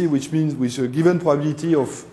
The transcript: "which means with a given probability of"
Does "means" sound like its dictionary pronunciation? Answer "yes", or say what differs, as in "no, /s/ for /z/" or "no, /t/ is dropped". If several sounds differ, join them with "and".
no, /s/ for /z/